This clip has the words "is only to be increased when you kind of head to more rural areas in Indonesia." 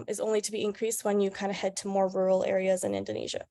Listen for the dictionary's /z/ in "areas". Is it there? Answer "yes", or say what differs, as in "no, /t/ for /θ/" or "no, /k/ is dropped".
yes